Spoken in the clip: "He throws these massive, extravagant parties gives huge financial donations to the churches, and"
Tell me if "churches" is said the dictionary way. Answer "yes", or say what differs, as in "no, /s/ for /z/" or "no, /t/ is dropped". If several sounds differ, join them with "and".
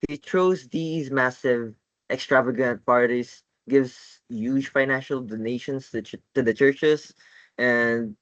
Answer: no, /s/ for /z/